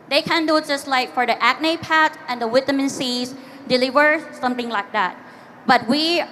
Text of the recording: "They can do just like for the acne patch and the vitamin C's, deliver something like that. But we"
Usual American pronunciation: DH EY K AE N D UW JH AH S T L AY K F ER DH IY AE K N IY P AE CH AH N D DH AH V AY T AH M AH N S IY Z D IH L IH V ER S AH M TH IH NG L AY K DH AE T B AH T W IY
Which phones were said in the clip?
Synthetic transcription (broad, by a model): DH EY K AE N D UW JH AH S T L AY K F ER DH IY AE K N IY P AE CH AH N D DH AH W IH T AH M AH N S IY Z D IH L IH V ER S AH M TH IH NG L AY K DH AE T B AH T W IY